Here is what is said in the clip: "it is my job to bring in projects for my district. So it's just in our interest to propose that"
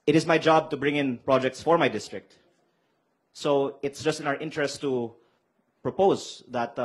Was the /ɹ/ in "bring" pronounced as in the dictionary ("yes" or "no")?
yes